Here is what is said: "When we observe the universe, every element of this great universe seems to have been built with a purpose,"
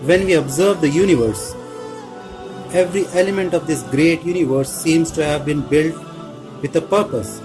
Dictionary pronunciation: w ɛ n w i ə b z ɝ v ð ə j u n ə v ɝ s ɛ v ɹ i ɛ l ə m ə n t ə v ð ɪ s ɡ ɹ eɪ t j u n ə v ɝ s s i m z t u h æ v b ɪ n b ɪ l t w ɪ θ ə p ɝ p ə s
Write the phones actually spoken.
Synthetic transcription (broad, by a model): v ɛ n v i ə b z ɝ v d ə j u n ə v ɝ s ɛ v ɹ i ɛ l ə m ə n t ə v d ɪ s ɡ ɹ eɪ t j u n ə v ɝ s s i m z t u h æ v b ɪ n b ɪ l t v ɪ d ə p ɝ p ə s